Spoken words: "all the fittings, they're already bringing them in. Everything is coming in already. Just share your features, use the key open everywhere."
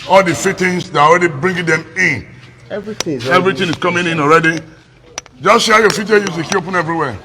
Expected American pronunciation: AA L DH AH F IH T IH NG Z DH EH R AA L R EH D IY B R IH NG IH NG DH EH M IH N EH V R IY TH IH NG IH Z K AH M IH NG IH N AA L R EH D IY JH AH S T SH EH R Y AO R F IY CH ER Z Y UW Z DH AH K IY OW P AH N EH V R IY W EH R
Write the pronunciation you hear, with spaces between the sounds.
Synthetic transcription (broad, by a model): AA L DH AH F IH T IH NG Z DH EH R AA L R EH D IY B R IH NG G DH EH M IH N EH V R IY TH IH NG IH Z K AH M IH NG IH N AA L R EH D IY JH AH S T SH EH Y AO F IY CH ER Y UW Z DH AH K IY OW P AH N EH V R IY W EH